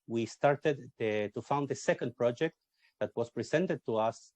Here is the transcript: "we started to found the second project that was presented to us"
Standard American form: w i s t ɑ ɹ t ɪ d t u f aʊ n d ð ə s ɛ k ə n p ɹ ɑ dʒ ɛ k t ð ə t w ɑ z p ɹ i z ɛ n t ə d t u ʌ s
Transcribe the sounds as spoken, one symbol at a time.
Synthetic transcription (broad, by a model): w i s t ɑ ɹ t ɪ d t u f aʊ n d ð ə s ɛ k ə n p ɹ ɑ dʒ ɛ k t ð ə t w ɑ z p ɹ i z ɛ n t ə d t u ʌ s